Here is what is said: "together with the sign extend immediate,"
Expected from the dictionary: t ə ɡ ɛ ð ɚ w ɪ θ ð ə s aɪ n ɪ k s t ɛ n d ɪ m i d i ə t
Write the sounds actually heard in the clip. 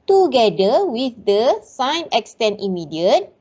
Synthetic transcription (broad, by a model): t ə ɡ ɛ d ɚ w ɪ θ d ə s aɪ n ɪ k s t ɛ n ɪ m i d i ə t